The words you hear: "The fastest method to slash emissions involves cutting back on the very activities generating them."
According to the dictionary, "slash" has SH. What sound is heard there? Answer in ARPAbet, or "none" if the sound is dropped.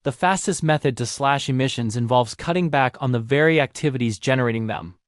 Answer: SH